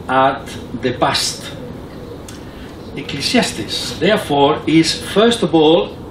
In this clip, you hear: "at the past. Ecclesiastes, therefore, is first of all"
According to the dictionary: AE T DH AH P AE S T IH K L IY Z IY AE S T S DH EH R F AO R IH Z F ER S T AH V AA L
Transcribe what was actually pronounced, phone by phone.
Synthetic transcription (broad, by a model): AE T DH AH B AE S T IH K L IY S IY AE S T S DH EH R F AO R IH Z F ER S T AH V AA L